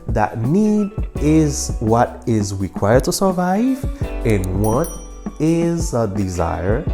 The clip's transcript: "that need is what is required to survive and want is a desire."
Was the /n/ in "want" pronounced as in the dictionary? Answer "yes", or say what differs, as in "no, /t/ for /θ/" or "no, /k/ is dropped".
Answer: no, /n/ is dropped